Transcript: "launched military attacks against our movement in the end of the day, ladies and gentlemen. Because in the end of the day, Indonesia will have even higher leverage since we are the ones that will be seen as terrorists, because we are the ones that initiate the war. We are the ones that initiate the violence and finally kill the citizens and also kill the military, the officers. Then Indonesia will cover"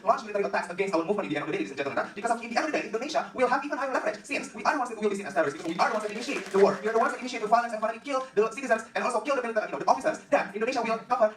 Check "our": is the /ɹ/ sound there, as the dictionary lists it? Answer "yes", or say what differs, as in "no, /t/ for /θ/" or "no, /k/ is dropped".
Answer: no, /w/ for /ɹ/